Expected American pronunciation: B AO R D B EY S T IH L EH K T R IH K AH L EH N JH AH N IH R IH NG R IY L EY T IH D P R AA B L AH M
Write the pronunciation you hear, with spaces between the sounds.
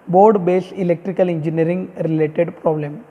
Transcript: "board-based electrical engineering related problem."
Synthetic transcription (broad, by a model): B AO R D B EY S IH L EH K T R IH K AH L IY N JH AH N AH R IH NG R IY L EY T IH D P R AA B L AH M